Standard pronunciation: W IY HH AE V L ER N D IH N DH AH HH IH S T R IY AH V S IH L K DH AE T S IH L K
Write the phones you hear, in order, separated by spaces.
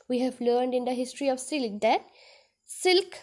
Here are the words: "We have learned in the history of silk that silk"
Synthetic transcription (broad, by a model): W IY HH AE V L ER N D IH N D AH HH IH S T R IY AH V S IH L K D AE T S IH L K